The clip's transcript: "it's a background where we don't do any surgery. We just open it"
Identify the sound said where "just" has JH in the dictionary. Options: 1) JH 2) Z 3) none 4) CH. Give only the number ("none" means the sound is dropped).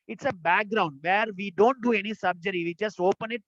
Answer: 4